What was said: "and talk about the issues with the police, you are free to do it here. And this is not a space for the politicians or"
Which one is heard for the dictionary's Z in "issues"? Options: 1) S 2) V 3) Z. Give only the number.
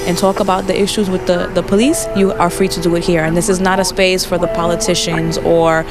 3